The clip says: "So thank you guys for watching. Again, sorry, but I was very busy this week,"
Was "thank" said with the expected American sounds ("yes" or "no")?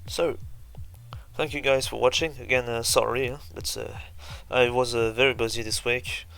yes